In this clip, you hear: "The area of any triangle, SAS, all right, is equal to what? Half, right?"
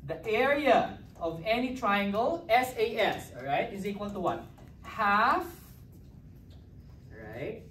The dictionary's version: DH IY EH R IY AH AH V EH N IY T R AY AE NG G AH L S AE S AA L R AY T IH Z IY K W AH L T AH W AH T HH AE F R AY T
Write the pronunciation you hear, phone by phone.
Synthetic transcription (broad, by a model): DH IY EH R IY AH AH V EH N IY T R AY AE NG G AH L S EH S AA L R AY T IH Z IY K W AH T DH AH W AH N HH AE F R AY T